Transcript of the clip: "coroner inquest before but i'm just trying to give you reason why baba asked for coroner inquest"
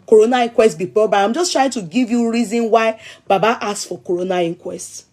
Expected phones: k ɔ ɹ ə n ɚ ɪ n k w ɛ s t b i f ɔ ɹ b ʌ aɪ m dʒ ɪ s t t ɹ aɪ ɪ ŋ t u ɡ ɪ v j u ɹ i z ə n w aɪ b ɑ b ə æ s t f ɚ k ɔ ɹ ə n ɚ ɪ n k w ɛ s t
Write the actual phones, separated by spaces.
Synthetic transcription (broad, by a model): k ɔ ɹ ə n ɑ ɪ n k w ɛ s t b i p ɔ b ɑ aɪ m dʒ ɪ s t t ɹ aɪ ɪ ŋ t u ɡ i v j u ɹ i z ə n w aɪ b ɑ b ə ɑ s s f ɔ k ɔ ɹ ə n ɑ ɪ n k w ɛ s t